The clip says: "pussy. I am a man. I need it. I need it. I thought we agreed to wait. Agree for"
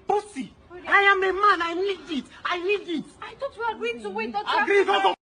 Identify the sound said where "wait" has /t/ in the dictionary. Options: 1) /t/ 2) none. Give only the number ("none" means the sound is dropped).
2